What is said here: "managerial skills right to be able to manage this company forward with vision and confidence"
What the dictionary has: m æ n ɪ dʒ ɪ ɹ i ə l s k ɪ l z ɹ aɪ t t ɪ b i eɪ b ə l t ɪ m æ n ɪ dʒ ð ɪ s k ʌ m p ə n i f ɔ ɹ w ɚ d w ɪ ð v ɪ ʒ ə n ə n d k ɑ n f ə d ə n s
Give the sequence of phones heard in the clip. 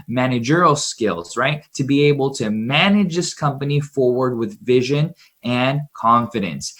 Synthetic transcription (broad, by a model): m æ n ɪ dʒ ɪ ɹ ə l s k ɪ l z ɹ aɪ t t ɪ b i eɪ b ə l t ɪ m æ n ɪ dʒ ð ɪ s k ʌ m p ə n i f ɔ ɹ w ɚ d w ɪ ð v ɪ ʒ ə n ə n k ɑ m f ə d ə n s